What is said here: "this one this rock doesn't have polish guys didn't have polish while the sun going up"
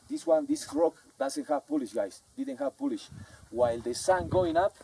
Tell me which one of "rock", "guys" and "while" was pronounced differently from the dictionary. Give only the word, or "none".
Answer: guys